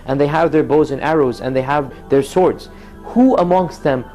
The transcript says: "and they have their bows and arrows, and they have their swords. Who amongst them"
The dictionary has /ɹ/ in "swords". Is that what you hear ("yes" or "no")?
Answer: yes